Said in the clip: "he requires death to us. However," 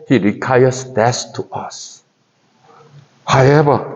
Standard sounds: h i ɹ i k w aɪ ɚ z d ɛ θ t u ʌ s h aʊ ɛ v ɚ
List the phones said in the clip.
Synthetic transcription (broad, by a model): h i ɹ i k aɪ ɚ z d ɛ s t u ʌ s h aʊ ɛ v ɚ